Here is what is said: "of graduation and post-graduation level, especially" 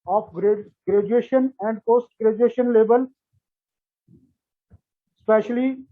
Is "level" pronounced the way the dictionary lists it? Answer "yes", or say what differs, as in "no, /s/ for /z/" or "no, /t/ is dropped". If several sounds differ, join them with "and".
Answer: no, /b/ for /v/